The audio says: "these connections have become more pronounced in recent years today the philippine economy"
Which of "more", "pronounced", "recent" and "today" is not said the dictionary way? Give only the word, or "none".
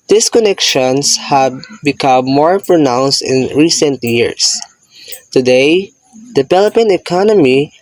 none